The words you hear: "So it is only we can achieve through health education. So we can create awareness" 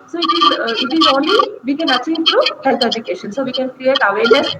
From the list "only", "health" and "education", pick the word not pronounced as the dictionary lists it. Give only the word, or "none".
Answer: health